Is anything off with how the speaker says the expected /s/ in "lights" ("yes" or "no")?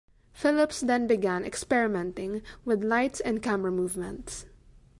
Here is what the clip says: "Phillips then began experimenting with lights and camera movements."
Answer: no